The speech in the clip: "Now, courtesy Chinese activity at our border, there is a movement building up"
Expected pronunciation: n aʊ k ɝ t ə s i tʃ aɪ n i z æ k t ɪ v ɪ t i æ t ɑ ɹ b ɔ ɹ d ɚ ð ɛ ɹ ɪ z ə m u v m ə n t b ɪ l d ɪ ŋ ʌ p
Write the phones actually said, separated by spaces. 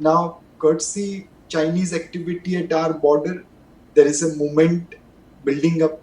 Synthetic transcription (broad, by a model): n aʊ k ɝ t s i tʃ aɪ n i z æ k t ɪ v ɪ t i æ t ɑ ɹ b ɔ ɹ d ɚ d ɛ ɹ ɪ z ə m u m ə n t b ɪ l d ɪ ŋ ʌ p